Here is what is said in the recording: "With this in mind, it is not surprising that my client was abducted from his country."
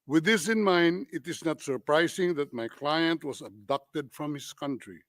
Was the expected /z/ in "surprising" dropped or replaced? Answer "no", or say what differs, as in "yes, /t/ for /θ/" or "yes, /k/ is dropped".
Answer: yes, /s/ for /z/